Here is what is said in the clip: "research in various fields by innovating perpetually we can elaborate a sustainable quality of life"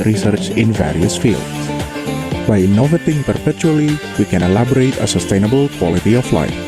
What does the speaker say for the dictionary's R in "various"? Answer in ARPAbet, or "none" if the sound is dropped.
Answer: R